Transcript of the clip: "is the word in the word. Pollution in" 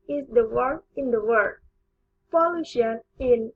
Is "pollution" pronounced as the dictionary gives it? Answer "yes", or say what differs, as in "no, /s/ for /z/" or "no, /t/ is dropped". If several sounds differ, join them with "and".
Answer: no, /f/ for /p/